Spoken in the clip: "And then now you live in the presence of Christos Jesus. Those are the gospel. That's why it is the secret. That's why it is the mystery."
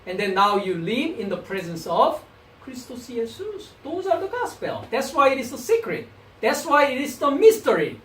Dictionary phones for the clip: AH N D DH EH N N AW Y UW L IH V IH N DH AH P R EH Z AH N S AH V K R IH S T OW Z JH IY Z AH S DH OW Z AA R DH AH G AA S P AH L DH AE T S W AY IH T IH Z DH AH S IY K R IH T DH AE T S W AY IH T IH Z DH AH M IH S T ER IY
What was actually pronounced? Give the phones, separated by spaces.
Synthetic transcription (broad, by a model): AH N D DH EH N N AW Y UW L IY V IH N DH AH P R EH Z AH N S AH V K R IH S T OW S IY S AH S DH OW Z AA R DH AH G AA S P AH L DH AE T S W AY IH T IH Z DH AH S IY K R IH T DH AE T S W AY IH T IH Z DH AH M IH S T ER IY